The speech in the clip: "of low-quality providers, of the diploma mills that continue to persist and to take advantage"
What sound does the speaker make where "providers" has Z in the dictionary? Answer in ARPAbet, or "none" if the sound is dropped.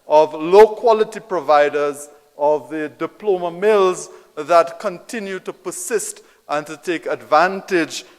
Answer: Z